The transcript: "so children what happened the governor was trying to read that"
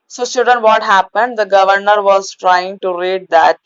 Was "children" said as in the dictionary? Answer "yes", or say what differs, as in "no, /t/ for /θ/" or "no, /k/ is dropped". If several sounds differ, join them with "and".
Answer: no, /l/ is dropped and /ɹ/ is dropped